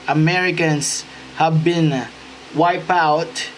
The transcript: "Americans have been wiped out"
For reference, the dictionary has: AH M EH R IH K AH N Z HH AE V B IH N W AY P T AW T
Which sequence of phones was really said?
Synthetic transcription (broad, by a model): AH M EH R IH K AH N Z HH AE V B IH N W AY P AW T